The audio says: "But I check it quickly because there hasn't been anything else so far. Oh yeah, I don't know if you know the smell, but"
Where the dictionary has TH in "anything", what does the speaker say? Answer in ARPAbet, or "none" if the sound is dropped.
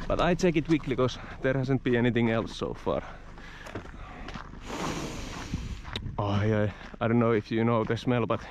TH